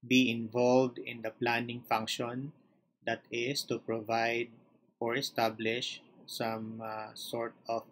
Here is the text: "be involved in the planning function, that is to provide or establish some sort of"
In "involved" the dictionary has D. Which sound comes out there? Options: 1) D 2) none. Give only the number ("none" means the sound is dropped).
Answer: 1